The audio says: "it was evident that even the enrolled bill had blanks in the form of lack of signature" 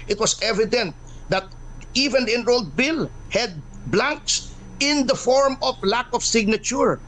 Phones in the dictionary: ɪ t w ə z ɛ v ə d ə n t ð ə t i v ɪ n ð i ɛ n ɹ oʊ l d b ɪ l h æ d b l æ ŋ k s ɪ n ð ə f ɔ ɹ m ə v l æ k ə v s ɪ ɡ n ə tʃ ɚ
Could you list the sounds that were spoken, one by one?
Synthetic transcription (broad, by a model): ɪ t w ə s ɛ v ə d ə n t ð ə t i v ɪ n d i ɛ n ɹ oʊ l d b ɪ l h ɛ d b l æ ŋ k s ɪ n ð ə f ɔ ɹ m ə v l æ k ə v s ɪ ɡ n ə tʃ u